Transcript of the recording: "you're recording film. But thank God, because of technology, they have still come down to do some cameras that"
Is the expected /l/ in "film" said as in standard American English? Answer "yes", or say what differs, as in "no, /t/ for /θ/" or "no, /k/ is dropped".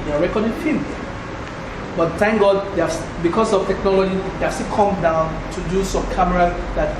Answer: no, /l/ is dropped